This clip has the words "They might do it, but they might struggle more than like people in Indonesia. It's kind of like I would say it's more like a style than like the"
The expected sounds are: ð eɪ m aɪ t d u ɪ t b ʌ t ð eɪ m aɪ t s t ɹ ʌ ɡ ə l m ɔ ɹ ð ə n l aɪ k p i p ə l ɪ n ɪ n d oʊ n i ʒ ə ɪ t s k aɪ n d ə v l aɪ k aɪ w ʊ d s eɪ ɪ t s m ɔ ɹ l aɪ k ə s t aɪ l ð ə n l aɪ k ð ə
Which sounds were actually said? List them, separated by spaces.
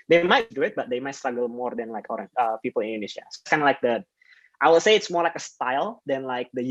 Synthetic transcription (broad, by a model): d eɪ m aɪ t d u ɪ t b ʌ t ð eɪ m aɪ t s t ɹ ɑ ɡ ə l m ɔ ɹ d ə n l aɪ k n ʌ p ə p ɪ l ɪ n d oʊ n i ʃ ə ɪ s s k aɪ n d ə l aɪ k aɪ w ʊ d s eɪ ɪ t s m ɔ ɹ l aɪ k ə s t aɪ l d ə n l aɪ k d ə